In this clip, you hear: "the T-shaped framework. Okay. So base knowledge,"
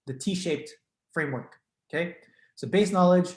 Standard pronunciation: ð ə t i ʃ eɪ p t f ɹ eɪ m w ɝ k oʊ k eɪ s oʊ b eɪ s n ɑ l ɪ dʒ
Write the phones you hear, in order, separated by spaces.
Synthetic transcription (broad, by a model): ð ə t i ʃ eɪ p t f ɹ eɪ m w ɝ k oʊ k eɪ s oʊ b eɪ s n ɑ l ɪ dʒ